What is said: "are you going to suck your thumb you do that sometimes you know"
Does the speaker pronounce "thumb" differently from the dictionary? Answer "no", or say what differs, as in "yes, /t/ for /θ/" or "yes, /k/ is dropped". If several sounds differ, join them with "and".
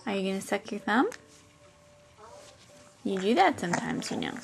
no